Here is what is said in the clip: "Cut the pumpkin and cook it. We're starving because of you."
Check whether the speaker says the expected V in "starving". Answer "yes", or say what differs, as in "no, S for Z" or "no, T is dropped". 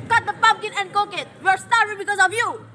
no, V is dropped